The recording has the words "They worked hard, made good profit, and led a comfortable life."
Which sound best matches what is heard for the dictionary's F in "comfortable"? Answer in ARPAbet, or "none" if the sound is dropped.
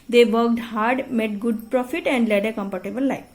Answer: P